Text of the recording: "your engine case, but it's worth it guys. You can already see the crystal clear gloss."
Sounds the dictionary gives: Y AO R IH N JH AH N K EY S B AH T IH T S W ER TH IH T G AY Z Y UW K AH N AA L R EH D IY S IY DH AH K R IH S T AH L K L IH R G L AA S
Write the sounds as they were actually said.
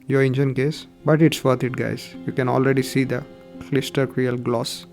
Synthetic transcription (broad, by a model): Y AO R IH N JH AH N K EY S B AH T IH T S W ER T IH T G AY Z Y UW K AH N AA L R EH D IY S IY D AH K L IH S T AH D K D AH L G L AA S